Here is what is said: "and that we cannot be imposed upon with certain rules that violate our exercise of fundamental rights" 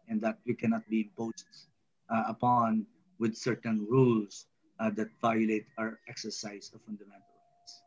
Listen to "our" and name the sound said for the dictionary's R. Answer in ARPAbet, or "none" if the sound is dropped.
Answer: R